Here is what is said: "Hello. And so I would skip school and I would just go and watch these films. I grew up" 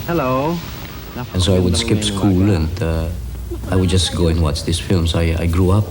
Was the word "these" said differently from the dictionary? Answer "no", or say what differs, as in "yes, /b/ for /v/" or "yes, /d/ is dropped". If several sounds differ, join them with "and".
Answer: yes, /s/ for /z/